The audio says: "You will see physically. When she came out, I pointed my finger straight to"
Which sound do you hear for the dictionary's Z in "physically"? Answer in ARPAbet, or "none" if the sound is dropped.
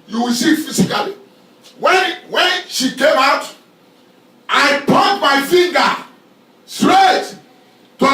S